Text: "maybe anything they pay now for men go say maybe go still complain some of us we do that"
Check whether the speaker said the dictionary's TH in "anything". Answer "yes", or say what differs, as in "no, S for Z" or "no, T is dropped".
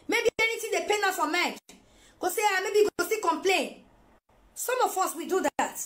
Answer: no, T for TH